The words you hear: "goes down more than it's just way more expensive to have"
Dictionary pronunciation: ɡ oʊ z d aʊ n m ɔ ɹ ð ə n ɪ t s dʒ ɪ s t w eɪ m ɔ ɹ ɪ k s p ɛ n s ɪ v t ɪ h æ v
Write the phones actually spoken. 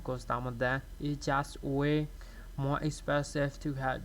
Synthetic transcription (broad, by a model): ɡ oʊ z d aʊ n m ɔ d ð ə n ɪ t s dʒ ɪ s t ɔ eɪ m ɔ ɹ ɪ k s p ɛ s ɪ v t ɪ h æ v